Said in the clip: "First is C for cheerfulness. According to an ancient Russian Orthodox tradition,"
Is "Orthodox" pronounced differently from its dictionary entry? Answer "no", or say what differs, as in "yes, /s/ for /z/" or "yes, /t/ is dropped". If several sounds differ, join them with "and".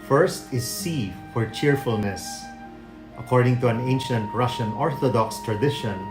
no